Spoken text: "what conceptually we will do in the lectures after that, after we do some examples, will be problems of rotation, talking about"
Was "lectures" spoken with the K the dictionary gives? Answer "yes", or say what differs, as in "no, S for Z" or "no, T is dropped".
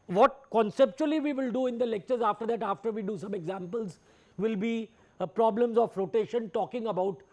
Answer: yes